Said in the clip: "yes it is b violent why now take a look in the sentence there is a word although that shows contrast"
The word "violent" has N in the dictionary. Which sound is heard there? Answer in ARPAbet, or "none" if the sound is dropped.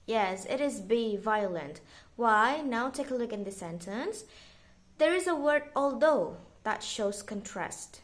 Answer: N